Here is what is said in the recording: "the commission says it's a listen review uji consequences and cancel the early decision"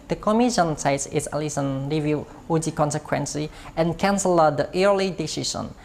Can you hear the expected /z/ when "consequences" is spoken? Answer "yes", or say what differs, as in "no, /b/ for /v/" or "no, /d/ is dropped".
no, /z/ is dropped